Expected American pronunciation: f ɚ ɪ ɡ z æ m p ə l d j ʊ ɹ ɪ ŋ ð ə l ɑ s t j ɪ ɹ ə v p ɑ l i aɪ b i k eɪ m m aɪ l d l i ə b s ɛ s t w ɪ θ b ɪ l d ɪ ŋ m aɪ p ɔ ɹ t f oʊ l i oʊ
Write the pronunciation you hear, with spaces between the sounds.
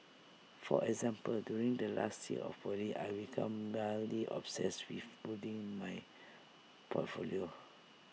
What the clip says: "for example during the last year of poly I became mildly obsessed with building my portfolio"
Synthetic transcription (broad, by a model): f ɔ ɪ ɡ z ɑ m p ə l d j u ɹ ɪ ŋ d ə l ɑ s t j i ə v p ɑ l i aɪ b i k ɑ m m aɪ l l i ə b s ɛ s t w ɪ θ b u d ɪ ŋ m aɪ p ɔ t f oʊ l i oʊ